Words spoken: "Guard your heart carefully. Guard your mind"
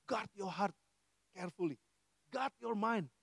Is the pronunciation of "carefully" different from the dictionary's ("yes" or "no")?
no